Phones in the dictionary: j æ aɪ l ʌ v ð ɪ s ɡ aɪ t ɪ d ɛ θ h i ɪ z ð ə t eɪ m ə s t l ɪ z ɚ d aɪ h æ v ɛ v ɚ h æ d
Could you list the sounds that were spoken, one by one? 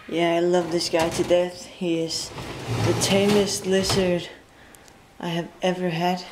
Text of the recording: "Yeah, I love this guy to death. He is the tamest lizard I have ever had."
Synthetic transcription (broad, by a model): j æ aɪ l ʌ v ð ɪ s ɡ aɪ t ɪ d ɛ θ h i ɪ z ð ə t eɪ m ə s t l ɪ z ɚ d aɪ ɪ v ɛ v ɚ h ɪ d